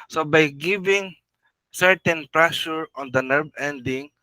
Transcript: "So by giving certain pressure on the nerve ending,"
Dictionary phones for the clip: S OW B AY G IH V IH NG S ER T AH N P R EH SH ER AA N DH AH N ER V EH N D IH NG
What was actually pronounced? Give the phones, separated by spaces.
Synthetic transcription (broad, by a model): S OW B AY G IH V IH NG S ER T AH N P R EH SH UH AA N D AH N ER B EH N D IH NG